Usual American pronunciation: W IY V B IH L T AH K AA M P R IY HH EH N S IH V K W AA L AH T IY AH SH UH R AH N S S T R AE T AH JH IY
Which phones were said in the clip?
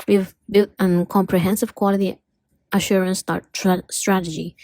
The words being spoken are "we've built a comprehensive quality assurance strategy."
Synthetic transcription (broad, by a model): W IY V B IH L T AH K AA M P R IY HH EH N S IH V K W AA L AH T IY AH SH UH R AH N S S T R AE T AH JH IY